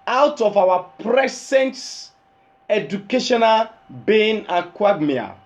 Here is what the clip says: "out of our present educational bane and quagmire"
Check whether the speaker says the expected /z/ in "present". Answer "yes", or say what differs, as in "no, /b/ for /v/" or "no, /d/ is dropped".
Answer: no, /s/ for /z/